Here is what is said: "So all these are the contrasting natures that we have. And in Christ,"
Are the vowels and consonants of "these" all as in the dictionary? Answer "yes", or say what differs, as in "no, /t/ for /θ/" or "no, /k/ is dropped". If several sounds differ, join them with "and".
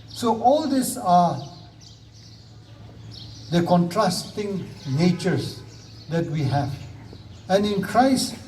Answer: no, /s/ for /z/